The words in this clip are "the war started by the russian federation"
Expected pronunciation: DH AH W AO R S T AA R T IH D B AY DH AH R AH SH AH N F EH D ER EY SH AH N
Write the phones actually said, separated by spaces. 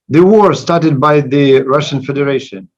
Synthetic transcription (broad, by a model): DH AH W AO R S T AA R T IH D B AY DH AH R AH SH AH N F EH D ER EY SH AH N